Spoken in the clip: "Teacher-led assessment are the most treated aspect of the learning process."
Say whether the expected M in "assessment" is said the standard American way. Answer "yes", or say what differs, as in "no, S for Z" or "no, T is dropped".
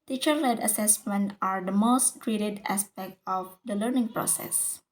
yes